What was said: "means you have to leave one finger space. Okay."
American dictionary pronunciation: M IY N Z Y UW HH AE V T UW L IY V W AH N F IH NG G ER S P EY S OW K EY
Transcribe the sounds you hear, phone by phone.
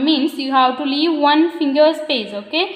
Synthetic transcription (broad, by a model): M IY N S Y UW HH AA W T UW L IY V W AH N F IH NG G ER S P EY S OW K EY